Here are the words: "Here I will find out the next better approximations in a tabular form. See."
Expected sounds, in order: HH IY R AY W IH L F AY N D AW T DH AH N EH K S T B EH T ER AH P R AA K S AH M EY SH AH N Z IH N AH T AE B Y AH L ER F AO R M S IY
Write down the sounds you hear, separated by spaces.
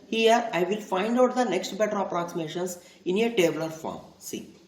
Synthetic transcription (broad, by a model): HH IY R AY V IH L F AY N D AW T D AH N EH K S T B EH T ER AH P R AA K S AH M EY SH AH N S IH N AH T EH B L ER F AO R M S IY